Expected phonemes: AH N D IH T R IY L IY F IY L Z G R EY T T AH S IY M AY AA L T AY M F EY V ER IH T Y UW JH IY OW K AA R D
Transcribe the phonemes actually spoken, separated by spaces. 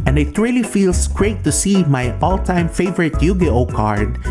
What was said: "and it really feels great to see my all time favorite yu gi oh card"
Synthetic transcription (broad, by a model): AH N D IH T R IY L IY F IY L S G R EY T T AH S IY M AY AA L T AY M F EY V ER IH T Y UW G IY OW K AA R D